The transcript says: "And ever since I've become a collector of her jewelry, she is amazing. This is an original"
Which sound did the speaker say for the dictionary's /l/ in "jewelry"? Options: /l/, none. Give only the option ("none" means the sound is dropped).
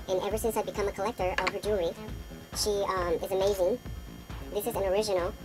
none